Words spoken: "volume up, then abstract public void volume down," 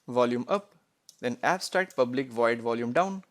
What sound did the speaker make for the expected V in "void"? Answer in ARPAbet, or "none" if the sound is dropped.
V